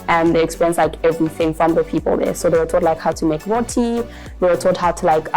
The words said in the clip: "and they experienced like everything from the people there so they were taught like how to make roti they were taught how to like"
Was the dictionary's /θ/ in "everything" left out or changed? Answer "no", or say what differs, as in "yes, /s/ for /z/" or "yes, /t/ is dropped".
no